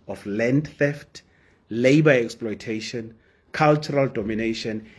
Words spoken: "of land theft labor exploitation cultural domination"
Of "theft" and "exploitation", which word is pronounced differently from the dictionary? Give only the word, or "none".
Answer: none